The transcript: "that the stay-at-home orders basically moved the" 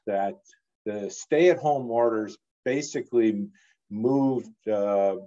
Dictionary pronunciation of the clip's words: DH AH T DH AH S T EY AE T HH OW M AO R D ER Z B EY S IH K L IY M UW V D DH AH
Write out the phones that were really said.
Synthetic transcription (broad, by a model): DH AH T DH AH S T EY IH T HH OW M AO R D ER Z B EY S IH K L IY M UW V D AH